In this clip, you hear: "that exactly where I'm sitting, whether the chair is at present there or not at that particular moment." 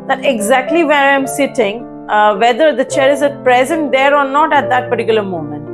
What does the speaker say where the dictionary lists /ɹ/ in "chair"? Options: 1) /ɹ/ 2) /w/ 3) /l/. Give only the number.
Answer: 1